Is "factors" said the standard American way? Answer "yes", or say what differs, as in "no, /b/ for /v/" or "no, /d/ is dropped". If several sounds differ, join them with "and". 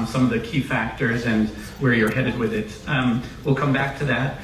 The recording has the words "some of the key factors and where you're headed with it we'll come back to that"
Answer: yes